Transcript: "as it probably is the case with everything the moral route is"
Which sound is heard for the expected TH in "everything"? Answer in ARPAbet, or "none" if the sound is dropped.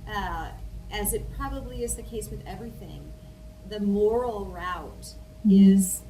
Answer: TH